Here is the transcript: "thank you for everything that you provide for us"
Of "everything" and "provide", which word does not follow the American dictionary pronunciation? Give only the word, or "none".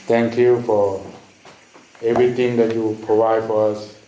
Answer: everything